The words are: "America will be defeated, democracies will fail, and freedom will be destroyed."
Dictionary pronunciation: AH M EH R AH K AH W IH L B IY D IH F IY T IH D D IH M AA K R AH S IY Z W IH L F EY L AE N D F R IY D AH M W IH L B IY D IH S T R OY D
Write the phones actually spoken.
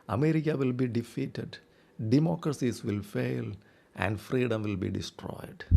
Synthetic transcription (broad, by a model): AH M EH R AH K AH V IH L B IY D IH F IY T IH D D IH M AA K R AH S IY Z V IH L F EY L AE N D F R IY D AH M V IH L B IY D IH S T R OY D